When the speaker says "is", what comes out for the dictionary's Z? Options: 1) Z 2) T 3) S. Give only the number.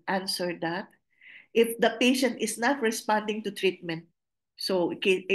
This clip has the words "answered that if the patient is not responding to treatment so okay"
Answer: 3